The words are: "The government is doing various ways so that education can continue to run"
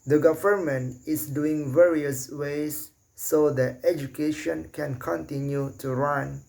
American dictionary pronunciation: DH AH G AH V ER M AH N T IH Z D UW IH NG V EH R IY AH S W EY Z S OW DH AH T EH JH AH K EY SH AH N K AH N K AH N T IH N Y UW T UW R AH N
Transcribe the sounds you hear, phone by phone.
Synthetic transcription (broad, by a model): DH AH G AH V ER M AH N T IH S D UW IH NG V EH R IY AH S W EY S OW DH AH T EH JH AH K EY SH AH N K AH N K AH N T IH N Y UW T UW R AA N